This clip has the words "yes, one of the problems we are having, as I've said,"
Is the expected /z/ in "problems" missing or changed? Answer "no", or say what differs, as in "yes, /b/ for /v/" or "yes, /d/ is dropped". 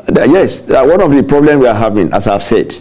yes, /z/ is dropped